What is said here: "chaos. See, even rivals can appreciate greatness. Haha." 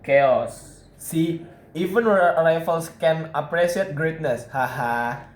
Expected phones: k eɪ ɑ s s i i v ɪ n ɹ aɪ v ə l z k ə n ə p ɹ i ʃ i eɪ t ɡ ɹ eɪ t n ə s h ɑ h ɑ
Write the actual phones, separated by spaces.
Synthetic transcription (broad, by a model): k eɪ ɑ s s i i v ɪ n ɹ aɪ f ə l s k ə n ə p ɹ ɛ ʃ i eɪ t ɡ ɹ eɪ t n ə s h ɑ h ɑ